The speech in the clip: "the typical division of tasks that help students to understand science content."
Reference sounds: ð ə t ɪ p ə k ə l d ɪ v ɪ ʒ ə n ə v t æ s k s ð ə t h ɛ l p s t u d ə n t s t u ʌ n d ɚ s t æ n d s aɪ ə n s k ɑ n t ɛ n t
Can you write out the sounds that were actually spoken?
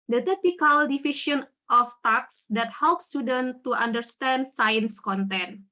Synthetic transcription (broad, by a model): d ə t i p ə k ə l d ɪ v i ʃ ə n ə f t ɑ k s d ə t h ɛ l p s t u d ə n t t u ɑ n d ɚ s t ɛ n d s aɪ ə n s k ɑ n t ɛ n